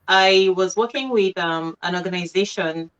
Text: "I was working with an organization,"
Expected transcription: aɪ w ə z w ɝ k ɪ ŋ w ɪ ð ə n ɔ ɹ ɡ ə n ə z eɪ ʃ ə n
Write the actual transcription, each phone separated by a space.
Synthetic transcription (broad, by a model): aɪ w ə z w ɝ k ɪ ŋ w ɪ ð ə n ɔ ɹ ɡ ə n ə z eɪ ʃ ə n